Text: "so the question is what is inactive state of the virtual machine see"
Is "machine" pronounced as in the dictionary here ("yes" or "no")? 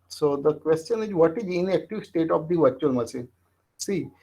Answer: no